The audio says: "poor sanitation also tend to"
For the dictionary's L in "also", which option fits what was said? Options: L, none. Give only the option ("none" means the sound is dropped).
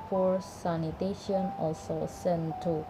L